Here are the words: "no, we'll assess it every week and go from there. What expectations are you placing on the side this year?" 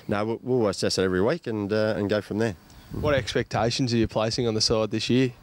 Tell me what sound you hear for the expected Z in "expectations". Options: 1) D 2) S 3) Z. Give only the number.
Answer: 3